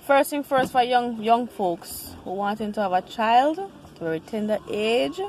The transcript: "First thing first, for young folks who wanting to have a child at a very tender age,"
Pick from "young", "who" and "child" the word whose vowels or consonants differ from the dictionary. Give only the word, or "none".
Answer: none